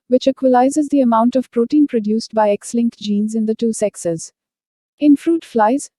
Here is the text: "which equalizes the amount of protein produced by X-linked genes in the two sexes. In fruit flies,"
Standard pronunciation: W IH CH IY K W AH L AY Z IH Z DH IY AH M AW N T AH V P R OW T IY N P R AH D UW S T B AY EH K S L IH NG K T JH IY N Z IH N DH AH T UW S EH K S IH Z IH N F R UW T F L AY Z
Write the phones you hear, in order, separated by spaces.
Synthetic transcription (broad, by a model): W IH CH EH K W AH L AY Z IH Z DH IY AH M AW N T AH V P R OW T IY N P R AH D UW S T B AY EH K S L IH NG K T JH IY N Z IH N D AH T UW S EH K S IH Z IH N F R UW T F L AY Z